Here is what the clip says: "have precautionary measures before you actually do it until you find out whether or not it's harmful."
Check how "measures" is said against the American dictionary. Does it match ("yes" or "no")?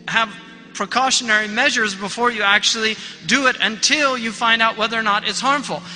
yes